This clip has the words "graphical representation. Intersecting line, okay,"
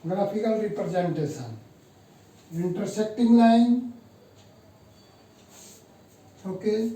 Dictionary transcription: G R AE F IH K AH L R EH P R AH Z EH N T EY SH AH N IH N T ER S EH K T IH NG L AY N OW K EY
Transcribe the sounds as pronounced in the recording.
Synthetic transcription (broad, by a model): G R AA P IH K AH L R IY P R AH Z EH N T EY S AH N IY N T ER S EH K T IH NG L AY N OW K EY